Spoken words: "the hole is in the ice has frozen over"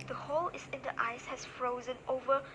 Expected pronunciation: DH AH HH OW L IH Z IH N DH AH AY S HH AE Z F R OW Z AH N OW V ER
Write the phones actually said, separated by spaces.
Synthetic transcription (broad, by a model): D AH HH OW L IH S IH N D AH AY S HH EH S F R OW Z AH N OW V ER